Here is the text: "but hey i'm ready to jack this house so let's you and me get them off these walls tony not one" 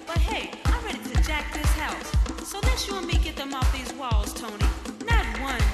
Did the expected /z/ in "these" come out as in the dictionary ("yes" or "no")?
yes